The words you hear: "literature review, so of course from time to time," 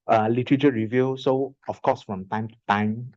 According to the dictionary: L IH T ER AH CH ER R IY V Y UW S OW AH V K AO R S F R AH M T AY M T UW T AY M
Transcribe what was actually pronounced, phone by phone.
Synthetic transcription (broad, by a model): L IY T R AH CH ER R IY V Y UW S OW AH F K AO S F R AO M T AY M T UW T AY M